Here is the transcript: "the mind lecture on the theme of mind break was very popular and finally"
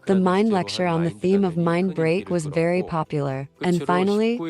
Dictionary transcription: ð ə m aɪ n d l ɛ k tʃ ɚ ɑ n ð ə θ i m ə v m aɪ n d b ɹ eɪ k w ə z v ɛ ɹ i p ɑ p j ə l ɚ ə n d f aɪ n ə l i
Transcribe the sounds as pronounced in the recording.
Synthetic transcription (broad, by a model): ð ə m aɪ n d l ɛ k tʃ ɚ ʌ n ð ə θ i m ə v m aɪ n b ɹ eɪ k w ə z v ɛ ɹ i p ɑ p j l ɚ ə n f aɪ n l i